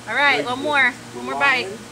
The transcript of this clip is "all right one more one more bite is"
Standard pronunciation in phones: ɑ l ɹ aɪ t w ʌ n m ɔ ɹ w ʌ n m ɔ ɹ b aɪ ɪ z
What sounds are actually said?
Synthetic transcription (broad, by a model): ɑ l ɹ aɪ t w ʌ m ɔ ɹ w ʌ m ɔ ɹ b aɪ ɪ